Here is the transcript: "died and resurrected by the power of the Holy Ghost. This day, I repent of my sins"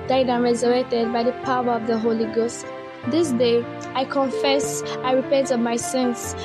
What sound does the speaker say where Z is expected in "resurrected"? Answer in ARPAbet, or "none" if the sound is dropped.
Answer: Z